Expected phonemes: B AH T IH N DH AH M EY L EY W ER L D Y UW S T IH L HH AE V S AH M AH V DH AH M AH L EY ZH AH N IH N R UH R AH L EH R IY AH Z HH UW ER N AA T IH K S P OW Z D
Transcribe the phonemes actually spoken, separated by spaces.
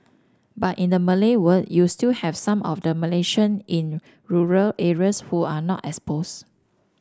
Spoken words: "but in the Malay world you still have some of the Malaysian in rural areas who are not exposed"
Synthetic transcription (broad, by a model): B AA T IH N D AH M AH L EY W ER D Y UW S T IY L HH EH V S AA M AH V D AH M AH L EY SH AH N IH N R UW R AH L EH R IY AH S HH UW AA N AA T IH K S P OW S